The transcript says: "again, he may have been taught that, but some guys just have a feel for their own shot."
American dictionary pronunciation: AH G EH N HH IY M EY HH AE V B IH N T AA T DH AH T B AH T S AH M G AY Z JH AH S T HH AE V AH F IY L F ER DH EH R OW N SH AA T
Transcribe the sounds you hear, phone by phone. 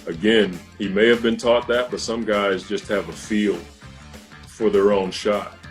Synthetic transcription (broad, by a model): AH G EH N HH IY M EY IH V B IH N T AA T DH AH T B AH T S AH M G AY Z JH AH S T HH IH V AH F IY L F ER DH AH R OW N SH AA T